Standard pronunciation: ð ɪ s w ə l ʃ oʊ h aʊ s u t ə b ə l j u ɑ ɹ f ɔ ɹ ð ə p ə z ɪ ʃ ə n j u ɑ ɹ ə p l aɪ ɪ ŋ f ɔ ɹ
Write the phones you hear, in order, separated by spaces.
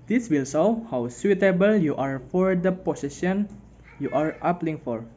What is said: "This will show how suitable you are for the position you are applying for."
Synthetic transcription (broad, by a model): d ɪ s w ə l s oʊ h aʊ s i t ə b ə l j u ɑ ɹ f ɔ ɹ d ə p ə s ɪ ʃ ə n j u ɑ ɹ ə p l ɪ ŋ f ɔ ɹ